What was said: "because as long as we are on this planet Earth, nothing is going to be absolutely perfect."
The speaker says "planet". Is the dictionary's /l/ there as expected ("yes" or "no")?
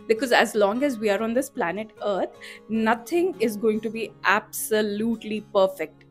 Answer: yes